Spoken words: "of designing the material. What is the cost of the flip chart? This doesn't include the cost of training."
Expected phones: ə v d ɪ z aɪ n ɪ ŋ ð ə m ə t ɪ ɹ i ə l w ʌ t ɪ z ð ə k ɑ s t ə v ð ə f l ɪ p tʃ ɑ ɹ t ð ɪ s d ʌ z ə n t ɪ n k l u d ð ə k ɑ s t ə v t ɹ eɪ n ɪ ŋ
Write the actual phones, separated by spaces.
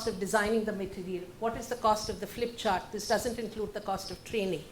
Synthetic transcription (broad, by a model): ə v d ɪ z aɪ n ɪ ŋ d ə m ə t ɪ ɹ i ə l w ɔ t ɪ z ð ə k ɑ s t ə v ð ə f l ɪ p tʃ ɑ ɹ t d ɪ s d ʌ z ə n t ɪ n k l u d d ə k ɑ s t ə v t ɹ eɪ n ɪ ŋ